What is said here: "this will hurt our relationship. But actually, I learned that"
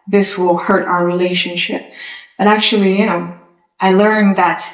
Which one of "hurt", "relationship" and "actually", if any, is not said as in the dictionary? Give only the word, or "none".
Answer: actually